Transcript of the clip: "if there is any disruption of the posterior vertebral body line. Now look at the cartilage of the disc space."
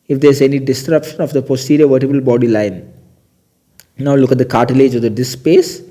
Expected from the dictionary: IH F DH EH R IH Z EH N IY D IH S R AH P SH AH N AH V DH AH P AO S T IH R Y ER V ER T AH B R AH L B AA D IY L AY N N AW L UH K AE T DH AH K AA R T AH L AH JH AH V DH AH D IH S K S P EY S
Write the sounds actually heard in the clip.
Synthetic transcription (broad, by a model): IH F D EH R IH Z EH N IY D IH S R AH P SH AH N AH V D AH P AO S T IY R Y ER V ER T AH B AH L B AA D IY L AY N N AW L UH K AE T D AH K AA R T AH L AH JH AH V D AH D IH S S P EY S